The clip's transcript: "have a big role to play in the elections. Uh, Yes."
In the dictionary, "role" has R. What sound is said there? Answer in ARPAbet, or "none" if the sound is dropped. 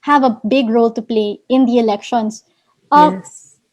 R